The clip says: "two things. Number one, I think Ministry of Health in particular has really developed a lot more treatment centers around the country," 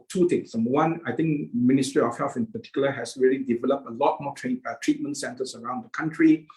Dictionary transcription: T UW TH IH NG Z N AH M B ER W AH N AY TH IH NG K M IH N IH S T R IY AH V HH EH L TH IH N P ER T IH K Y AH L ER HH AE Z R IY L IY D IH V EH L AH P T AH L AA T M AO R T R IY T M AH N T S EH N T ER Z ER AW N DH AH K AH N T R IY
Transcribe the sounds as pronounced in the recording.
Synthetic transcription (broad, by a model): T UW T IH NG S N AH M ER W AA N AY T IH NG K M IH N IH S T R IY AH F HH EH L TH IH N P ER T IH K Y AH L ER HH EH S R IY L IY D IH V EH L AH P T AH L AA T M AO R T R IY T M AH N T S EH N T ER S ER AW N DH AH K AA N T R IY